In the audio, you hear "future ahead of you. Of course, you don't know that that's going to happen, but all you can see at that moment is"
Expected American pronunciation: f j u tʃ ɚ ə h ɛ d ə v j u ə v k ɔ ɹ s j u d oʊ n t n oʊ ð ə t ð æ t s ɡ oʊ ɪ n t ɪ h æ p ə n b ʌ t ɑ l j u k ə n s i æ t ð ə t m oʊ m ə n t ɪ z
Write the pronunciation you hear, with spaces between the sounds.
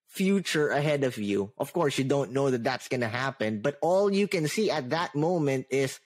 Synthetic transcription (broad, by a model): f j u tʃ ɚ ə h ɛ d ə v j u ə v k ɔ ɹ s j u d oʊ n t n oʊ ð ə t ð æ t s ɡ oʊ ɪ n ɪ h æ p ə n b ʌ t ɑ l j u k ə n s i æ t ð ə t m oʊ m ə n t ɪ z